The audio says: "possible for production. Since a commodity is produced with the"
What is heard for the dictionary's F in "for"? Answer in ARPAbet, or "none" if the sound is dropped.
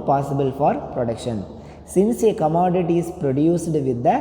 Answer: F